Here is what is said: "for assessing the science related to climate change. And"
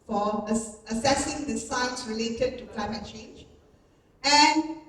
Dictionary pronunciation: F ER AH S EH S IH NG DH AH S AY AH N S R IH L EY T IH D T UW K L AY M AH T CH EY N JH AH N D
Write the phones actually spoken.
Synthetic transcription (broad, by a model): F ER AH S EH S IH NG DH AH S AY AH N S R IH L EY T IH D T UW K L AY M AH T CH EY N JH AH N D